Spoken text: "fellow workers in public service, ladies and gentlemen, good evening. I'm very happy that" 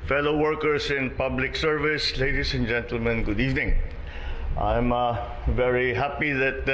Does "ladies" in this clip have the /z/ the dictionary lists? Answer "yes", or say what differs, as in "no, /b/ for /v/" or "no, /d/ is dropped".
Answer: no, /s/ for /z/